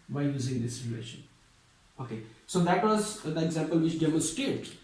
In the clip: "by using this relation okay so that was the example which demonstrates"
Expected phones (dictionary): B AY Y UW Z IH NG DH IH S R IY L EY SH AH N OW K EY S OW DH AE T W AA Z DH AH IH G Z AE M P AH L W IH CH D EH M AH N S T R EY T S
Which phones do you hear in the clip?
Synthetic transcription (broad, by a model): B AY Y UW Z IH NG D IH S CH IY EY SH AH N OW K EY S OW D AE T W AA Z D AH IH G Z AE M P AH L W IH CH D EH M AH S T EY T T